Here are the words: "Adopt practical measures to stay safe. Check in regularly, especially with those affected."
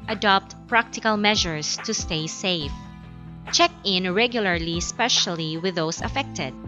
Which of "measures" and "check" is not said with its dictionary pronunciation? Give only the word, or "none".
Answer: measures